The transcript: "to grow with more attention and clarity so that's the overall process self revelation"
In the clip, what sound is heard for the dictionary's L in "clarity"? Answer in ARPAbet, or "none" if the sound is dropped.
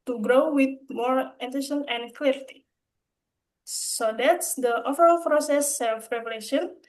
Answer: L